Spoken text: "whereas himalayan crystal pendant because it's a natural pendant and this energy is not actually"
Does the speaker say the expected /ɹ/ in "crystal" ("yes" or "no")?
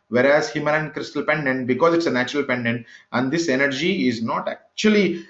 yes